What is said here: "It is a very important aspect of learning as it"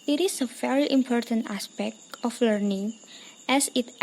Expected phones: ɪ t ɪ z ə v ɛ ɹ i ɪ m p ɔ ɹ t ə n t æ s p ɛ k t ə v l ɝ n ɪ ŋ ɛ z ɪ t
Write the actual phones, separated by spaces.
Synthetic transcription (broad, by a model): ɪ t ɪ s ə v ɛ ɹ i ɪ m p ɔ ɹ t ə n t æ s p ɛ k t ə f l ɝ n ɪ ŋ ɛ s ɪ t